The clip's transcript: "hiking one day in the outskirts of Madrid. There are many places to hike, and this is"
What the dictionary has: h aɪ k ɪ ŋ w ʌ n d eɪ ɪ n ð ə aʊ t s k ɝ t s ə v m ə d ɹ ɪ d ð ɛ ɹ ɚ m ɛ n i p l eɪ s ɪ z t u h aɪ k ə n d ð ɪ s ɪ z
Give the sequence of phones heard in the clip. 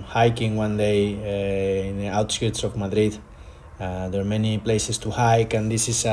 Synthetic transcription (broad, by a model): h aɪ k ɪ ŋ w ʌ n d eɪ ɪ n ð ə aʊ t s k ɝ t s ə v m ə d ɹ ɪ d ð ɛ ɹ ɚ m ɛ n i p l eɪ s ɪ s t u h aɪ k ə n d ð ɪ s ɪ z